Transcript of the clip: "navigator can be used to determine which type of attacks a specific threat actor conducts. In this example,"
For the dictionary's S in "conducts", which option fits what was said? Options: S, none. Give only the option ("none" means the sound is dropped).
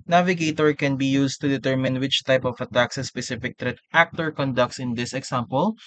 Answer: S